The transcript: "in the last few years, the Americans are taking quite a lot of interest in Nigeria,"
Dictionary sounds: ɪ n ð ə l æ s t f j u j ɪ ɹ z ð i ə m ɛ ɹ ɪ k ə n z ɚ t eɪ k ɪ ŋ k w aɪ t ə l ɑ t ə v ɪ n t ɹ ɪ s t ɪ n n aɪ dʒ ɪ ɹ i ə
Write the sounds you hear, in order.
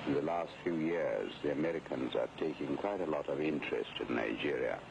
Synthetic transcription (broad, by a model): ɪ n ð ə l æ s t f j u j ɪ ɹ z ð i ə m ɛ ɹ ɪ k ə n z ɚ t eɪ k ɪ ŋ k w aɪ t ə l ɑ t ə v ɪ n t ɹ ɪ s t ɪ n n aɪ dʒ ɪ ɹ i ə